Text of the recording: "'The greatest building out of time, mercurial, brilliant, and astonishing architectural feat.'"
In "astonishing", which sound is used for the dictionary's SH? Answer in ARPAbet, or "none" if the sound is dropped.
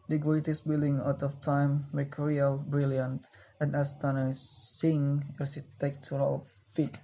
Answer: S